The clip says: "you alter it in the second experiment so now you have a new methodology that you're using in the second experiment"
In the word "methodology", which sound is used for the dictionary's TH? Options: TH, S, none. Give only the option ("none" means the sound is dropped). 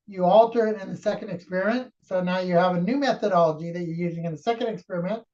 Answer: TH